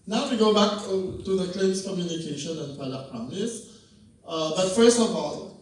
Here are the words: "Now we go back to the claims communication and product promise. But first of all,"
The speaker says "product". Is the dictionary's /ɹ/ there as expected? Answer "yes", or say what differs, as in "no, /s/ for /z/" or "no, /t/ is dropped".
no, /ɹ/ is dropped